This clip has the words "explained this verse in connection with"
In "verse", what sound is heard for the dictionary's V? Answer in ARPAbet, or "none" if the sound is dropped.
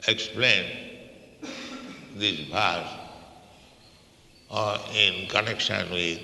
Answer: B